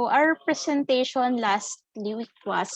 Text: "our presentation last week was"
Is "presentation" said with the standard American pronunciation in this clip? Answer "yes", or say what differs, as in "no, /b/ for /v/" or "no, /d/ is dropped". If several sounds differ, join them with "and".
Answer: no, /s/ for /z/